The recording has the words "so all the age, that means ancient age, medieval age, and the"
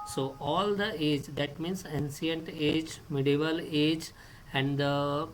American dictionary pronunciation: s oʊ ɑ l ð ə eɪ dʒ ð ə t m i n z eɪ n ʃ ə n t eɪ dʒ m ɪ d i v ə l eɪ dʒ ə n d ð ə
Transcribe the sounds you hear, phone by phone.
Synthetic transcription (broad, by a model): s oʊ ɑ l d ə eɪ dʒ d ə t m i n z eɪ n s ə n t eɪ dʒ m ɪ d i v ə l eɪ dʒ ə n d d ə